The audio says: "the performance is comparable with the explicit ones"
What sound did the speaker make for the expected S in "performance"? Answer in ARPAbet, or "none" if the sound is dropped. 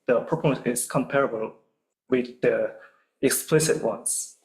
none